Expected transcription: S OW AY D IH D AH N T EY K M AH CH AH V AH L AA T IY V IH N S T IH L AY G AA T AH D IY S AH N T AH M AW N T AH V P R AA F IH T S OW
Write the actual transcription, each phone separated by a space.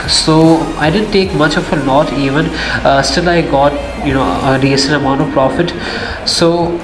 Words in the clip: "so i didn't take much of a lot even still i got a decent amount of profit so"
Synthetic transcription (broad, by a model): S OW AY D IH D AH N T EY K M AH CH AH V AH L AA T IY V IH N S T IH L AY G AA T AH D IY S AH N AH M AW N T AH V P R AA F IH T S OW